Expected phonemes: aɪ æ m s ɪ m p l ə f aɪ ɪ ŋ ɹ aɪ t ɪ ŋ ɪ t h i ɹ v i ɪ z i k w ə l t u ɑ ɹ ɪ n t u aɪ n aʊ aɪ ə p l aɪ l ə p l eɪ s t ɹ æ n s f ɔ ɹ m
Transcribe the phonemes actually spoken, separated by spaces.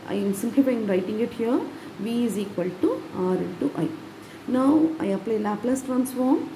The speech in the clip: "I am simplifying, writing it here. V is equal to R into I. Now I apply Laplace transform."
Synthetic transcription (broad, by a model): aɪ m s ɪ m p l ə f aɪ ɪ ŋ ɹ aɪ t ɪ ŋ ɪ t h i ɹ v i ɪ z i k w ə l t u ɑ ɹ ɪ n t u aɪ n aʊ aɪ ə p l aɪ l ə p l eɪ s t ɹ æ n s f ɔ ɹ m